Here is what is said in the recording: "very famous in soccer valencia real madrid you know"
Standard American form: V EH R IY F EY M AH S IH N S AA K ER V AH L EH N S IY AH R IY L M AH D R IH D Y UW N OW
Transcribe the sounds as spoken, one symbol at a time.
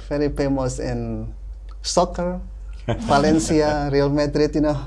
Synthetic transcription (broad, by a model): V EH R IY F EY M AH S IH N S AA K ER F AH L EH N S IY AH R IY L M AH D R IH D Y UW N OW